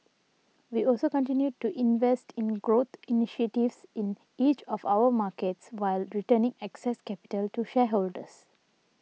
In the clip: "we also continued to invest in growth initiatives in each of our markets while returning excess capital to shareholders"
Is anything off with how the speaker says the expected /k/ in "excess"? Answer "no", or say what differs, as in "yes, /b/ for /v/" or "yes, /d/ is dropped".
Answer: no